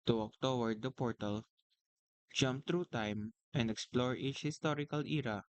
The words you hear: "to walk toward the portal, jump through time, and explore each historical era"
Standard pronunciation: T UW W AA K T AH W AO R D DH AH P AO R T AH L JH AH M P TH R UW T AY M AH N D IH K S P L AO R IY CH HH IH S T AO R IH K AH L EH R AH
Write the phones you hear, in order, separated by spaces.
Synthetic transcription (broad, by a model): T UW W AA K T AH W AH R D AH P AO R T AH L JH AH M P T R UW T AY M AH N D IH K S P L AO R IY CH HH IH S T AO R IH K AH L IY R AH